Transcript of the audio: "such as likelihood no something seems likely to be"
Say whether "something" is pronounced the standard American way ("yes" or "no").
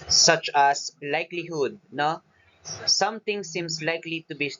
no